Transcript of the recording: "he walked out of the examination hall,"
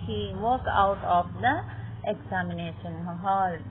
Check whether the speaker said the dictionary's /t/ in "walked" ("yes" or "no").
no